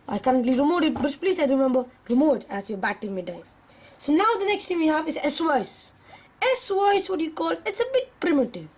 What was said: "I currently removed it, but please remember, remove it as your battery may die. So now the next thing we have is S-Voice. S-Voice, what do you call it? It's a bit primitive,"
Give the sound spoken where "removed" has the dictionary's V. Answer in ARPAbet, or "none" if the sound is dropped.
none